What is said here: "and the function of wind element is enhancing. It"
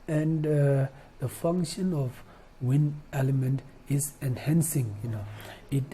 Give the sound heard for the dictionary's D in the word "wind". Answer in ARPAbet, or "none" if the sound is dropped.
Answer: none